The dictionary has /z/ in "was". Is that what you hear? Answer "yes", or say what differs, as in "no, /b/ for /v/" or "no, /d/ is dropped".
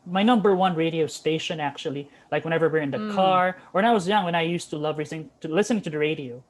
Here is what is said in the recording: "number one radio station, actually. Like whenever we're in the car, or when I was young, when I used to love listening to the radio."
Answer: yes